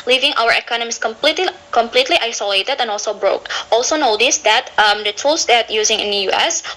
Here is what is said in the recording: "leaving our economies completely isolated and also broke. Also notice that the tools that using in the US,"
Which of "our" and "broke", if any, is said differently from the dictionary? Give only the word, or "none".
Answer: none